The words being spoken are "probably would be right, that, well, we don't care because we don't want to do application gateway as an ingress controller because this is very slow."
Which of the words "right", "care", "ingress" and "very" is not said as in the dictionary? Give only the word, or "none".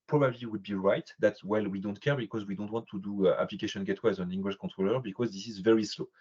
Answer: ingress